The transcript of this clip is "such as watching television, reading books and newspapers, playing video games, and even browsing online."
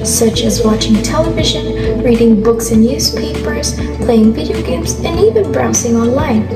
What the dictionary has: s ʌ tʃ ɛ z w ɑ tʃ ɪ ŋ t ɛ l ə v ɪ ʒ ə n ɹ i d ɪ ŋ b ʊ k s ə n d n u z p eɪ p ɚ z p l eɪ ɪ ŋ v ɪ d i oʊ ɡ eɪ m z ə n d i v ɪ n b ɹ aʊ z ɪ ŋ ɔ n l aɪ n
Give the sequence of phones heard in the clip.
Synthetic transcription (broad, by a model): s ʌ tʃ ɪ z w ɑ tʃ ɪ ŋ t ɛ l ə v ɪ ʒ ə n ɹ i d ɪ ŋ b ʊ k s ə n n u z p eɪ p ɚ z p l eɪ ɪ ŋ v ɪ d i oʊ ɡ eɪ m z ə n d i v ɪ n b ɹ aʊ s ɪ ŋ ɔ n l aɪ n